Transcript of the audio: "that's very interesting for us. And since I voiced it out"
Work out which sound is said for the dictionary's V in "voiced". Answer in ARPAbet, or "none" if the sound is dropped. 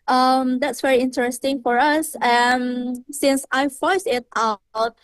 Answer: F